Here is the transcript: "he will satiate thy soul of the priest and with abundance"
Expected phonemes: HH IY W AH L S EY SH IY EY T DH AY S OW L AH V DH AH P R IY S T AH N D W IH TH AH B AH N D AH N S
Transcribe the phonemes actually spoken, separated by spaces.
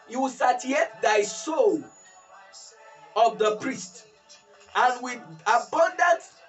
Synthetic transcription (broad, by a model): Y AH S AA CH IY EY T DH AY S OW L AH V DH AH P R IY S T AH N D W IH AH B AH N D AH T